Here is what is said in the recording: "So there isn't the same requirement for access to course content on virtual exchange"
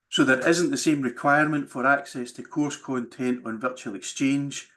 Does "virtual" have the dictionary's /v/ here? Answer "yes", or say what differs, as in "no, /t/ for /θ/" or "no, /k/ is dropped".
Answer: yes